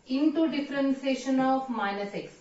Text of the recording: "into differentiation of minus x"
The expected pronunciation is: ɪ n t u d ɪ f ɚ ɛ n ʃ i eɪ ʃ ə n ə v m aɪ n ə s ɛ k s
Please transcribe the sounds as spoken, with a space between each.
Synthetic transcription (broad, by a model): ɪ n t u d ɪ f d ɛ n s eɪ ʃ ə n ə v m aɪ n ə s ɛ k s